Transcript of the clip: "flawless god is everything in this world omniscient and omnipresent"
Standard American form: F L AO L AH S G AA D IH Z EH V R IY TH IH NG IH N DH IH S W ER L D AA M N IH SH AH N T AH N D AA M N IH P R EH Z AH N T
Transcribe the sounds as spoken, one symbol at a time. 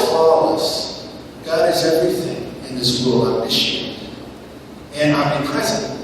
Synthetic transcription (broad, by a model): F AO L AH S G AA D IH Z EH V R IY TH IH NG IH N DH IH S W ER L AA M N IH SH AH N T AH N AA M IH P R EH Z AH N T